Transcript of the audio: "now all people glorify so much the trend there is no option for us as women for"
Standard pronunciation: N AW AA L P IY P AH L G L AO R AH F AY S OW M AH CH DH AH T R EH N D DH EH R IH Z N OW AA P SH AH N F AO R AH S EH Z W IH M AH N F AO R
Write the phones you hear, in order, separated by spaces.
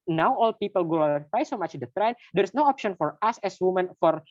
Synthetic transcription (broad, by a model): N AW AA L P IY P AH L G AO AH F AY S OW M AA CH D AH T R EH N D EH R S N OW AA P SH AH N F AO R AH S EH S W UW M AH N F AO R